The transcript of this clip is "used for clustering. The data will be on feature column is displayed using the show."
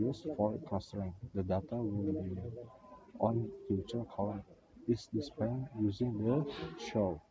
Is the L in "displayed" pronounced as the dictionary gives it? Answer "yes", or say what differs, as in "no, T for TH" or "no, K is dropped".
no, L is dropped